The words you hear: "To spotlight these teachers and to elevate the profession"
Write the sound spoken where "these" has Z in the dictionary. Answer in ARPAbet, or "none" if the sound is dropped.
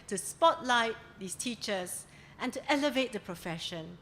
S